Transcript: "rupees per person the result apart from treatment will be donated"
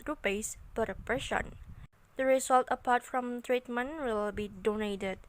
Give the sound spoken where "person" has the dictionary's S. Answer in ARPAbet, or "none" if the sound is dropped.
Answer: SH